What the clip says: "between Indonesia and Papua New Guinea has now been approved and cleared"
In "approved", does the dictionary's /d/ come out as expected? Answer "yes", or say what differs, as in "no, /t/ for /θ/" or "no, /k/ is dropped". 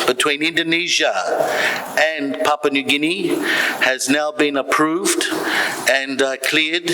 yes